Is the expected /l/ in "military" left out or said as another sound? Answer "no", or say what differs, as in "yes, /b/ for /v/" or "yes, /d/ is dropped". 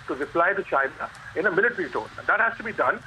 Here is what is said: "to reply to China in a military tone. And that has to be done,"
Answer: yes, /n/ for /l/